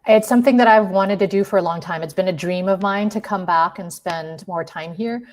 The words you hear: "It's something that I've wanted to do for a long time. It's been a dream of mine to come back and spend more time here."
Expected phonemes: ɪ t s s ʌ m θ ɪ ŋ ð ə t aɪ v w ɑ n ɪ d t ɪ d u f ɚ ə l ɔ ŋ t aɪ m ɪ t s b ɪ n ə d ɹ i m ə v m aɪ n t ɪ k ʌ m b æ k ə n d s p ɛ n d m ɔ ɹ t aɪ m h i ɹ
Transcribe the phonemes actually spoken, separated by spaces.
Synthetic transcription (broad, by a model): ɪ t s s ʌ m θ ɪ ŋ ð ə t aɪ v w ɑ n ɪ d t ɪ d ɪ f ɚ ə l ɔ ŋ t aɪ m ɪ t s b ɪ n ə d ɹ i m ə v m aɪ n t ɪ k ʌ m b æ k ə n s p ɛ n d m ɔ ɹ t aɪ m h i ɹ